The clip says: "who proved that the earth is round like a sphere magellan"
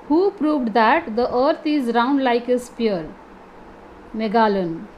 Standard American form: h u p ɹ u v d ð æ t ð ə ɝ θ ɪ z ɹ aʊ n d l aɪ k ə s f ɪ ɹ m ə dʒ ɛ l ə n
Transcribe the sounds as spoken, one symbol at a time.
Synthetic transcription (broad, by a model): h u p ɹ u v d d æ t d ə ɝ t ɪ z ɹ aʊ n d l aɪ k ə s p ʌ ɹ m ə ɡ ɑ l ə n